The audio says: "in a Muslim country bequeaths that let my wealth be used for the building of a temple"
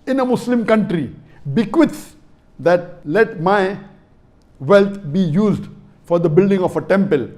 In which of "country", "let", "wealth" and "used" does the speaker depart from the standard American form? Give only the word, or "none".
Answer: wealth